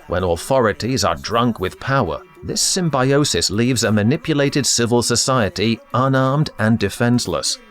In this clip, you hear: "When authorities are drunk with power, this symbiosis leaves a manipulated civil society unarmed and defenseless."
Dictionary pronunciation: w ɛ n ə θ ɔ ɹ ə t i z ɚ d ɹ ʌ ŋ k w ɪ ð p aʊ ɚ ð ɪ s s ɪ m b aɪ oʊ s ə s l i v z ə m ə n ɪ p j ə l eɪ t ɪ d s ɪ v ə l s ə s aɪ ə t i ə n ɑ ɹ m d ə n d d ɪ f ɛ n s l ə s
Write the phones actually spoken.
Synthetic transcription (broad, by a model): w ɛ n ə θ ɔ ɹ ə t i z ɚ d ɹ ʌ ŋ k w ɪ ð p aʊ ɚ ð ɪ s s ɪ m b aɪ oʊ s ə s l i v z ə m ə n ɪ p j ə l eɪ t ɪ d s ɪ v ə l s ə s aɪ ə t i ə n ɑ ɹ m d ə n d d ɪ f ɛ n s l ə s